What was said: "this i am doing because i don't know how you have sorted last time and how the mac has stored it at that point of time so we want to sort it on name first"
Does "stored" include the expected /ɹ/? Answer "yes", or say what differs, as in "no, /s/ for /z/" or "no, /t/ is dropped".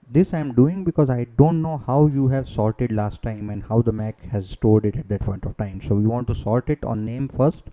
no, /l/ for /ɹ/